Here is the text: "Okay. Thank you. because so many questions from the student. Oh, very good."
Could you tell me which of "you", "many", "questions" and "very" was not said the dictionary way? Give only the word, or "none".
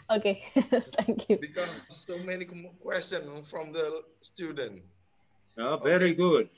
questions